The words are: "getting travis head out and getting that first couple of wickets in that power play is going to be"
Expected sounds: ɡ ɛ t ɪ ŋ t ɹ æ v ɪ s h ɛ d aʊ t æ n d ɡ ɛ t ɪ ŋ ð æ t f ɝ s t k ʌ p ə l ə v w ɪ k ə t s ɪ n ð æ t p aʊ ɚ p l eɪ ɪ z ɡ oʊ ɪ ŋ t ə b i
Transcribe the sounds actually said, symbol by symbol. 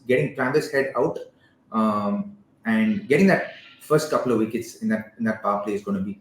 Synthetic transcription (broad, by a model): ɡ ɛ t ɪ ŋ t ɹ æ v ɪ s h ɛ d aʊ t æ n d ɡ ɛ t ɪ ŋ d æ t f ɝ s t k ʌ p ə l ə v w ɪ k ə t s ɪ n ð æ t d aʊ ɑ f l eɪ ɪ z ɡ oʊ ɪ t b i